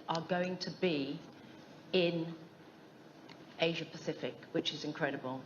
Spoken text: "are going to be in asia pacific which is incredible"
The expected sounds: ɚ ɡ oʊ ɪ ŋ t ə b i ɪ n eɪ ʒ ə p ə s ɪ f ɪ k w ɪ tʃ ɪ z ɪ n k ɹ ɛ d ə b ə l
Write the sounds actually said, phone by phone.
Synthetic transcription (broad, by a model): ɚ ɡ oʊ ɪ ŋ t ə b i ɪ n eɪ ʒ ə p ə s ɪ f ɪ k w ɪ tʃ ɪ z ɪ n k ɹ ɛ d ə b ə l